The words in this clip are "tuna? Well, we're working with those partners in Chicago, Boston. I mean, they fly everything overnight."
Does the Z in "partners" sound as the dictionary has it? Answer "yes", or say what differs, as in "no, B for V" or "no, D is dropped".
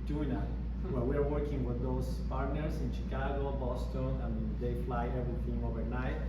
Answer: no, S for Z